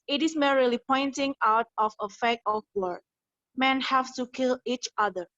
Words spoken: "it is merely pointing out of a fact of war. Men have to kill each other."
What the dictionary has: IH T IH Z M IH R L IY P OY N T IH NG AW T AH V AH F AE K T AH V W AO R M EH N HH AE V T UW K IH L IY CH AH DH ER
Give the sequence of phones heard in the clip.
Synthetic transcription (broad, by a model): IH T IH S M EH R L IY P OY N T IH NG AW T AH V AH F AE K AH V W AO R M EH N HH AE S T UW K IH L IY CH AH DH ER